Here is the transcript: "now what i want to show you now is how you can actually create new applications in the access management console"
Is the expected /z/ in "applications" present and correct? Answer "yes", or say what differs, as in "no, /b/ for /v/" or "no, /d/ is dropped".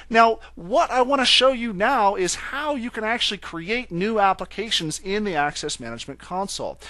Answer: yes